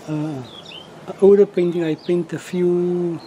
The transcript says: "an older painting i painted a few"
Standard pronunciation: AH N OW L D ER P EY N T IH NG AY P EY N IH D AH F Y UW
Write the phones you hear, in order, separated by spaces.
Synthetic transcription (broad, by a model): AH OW W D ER P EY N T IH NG AY P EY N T AH F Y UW